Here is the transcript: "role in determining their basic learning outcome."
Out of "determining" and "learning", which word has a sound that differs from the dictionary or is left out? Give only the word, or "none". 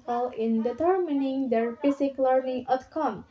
learning